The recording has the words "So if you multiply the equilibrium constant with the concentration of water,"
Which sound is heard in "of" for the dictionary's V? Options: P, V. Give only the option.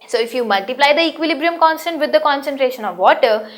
V